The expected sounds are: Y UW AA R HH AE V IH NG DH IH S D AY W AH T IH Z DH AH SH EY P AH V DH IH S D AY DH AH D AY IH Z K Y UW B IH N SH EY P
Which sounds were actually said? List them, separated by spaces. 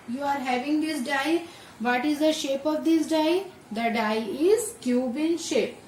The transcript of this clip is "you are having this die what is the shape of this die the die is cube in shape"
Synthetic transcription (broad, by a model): Y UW AA R HH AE V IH NG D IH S D AY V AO T IH Z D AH SH EY P AH V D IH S D AY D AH D AY IH Z K Y UW B IH N SH EY P